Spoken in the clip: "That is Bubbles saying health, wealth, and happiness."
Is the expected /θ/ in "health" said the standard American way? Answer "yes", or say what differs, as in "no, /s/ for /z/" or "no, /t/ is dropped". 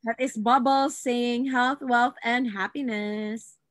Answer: yes